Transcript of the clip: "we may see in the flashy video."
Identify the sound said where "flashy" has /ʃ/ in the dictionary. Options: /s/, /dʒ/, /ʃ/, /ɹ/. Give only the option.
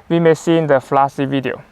/s/